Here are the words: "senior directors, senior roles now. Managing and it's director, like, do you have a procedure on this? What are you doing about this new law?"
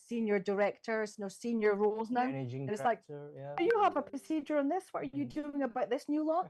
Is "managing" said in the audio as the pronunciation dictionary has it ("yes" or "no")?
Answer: no